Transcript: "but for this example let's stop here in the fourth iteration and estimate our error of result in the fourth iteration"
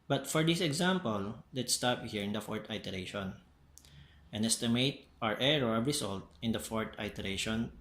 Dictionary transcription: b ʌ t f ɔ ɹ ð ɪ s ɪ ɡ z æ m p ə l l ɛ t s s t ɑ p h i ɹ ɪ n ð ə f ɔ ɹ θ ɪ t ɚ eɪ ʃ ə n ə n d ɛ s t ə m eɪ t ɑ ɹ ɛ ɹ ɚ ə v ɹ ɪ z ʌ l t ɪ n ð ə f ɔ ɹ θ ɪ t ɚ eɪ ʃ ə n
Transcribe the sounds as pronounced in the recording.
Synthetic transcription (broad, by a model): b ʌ t f ɔ ɹ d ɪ s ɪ ɡ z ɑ m p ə l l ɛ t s s t ɑ p h i ɹ ɪ n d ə f ɔ ɹ t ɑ t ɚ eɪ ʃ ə n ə n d ɛ s t ə m eɪ t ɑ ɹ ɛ ɹ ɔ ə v ɹ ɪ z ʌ l t ɪ n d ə f ɔ ɹ t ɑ t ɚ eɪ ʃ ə n